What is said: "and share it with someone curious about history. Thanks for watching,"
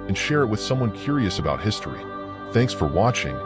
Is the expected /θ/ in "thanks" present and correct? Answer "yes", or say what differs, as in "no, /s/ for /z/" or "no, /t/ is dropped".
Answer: yes